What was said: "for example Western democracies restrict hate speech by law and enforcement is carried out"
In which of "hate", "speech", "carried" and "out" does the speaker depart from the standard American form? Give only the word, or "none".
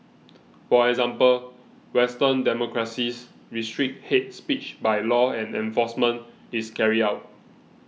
carried